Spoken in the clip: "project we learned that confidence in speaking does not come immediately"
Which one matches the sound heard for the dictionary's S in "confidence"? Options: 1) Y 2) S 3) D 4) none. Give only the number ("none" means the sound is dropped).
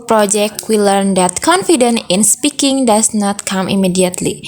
4